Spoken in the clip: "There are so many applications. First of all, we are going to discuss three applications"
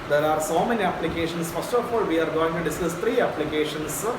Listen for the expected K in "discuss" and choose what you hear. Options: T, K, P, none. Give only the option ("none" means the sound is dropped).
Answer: none